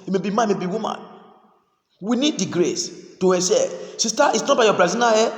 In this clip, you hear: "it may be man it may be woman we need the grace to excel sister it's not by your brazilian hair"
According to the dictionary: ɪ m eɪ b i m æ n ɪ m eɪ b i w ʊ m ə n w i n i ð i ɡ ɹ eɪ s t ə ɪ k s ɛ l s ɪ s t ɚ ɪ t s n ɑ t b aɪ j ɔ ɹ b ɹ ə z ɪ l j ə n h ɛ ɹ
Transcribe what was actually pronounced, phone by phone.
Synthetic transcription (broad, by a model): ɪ m eɪ b i m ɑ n m eɪ b i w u m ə n w i n i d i ɡ ɹ eɪ s t ə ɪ s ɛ s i s t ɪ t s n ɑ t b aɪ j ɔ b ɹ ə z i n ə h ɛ